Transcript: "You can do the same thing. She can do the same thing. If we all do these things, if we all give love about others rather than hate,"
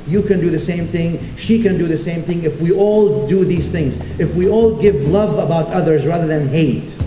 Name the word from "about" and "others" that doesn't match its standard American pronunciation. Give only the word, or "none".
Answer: none